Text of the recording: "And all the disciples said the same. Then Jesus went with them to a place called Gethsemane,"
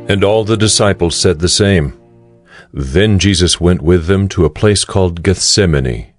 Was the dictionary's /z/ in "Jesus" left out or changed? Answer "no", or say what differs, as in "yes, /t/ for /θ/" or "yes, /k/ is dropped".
no